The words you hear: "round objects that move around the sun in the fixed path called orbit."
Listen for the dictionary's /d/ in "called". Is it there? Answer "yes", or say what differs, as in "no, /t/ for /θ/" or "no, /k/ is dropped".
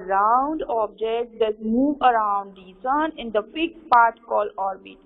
no, /d/ is dropped